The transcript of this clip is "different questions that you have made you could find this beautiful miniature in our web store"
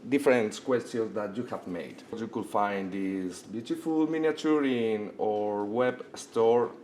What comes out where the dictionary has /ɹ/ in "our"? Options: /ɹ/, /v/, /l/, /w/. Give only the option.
/ɹ/